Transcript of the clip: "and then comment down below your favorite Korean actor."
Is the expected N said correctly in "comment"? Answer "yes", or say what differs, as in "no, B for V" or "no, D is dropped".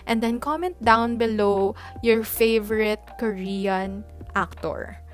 yes